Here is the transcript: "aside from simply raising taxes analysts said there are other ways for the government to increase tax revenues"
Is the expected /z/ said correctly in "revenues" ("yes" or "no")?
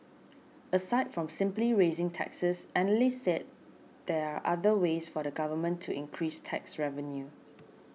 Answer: no